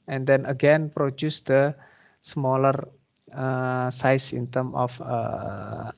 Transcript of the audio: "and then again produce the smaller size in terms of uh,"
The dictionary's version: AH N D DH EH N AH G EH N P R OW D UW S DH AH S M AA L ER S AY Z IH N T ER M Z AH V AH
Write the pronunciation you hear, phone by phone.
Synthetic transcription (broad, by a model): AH N D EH N AH G EH N P R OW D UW S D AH S M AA L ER S AY S IH N T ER M AH F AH